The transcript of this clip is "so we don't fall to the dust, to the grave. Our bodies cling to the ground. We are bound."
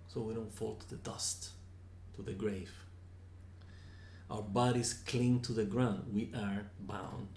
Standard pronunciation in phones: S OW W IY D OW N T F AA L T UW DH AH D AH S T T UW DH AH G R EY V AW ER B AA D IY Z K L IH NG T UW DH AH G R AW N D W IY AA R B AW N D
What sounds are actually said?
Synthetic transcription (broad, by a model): S OW W IY D OW N T F AA L T UW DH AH D AH S T T UW DH AH G R EY V AW ER B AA D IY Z K L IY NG T UW DH AH G R AW N D W IY AA R B AW N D